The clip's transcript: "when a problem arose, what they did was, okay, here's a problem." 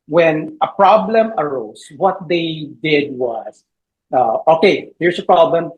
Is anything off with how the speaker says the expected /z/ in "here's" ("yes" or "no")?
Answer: yes